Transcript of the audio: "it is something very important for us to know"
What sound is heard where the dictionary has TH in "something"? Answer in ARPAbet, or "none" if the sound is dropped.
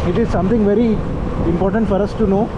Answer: T